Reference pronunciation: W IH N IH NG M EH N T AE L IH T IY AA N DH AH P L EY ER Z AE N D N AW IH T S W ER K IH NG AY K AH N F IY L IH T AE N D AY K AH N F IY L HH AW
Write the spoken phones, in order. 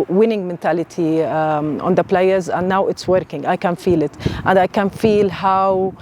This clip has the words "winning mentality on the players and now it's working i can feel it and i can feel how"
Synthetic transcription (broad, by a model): W IH N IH NG M EH N T AE L IH T IY AA N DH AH P L EY ER Z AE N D N AW IH T S W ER K IH NG AY K AH N F IY L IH T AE N D AY K AH N F IY L HH AW